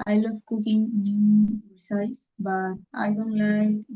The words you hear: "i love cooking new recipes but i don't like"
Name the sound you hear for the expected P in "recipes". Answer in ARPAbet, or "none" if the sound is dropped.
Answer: none